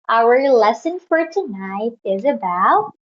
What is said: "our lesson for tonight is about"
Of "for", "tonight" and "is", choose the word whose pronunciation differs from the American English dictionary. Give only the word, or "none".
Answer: none